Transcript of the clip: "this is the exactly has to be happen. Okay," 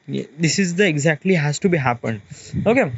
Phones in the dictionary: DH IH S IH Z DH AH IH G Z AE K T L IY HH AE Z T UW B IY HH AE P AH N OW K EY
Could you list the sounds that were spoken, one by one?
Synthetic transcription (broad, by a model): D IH S IH Z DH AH IH G Z AE K T L IY HH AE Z T UW B IY HH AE P AH N OW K EY